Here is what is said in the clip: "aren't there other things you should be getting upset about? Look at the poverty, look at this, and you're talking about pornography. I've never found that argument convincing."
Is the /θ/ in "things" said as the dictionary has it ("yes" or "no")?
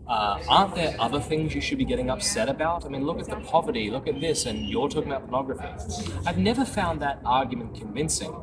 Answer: yes